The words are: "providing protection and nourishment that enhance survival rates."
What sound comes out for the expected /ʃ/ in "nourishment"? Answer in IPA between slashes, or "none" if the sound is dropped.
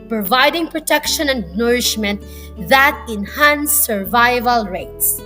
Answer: /ʃ/